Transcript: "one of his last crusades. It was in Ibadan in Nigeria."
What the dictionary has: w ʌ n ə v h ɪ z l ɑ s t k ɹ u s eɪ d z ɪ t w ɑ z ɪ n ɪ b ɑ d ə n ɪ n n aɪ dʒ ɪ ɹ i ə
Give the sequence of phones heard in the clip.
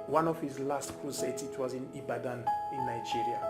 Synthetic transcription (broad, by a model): w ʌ n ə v h ɪ z l ɑ s t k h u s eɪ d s ɪ t w ɑ z ɪ n ɪ b ɑ d ə n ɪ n n aɪ dʒ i ɹ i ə